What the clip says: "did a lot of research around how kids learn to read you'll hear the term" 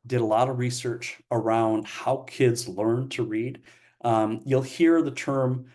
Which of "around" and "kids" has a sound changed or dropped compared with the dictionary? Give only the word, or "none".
none